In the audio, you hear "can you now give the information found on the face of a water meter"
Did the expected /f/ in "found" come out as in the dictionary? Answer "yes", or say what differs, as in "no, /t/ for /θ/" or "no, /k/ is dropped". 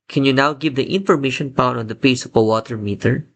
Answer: no, /p/ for /f/